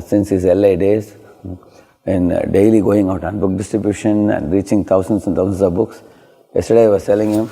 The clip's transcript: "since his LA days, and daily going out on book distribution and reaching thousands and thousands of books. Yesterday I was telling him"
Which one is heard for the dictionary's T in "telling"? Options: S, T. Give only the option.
S